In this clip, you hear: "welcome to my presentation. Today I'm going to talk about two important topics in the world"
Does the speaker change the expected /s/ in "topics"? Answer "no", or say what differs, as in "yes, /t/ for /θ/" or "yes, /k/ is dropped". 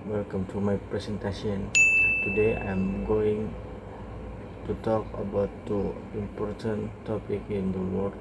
yes, /s/ is dropped